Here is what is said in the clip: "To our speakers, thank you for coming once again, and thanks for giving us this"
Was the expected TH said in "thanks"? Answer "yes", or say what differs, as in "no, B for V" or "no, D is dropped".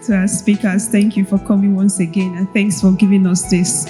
yes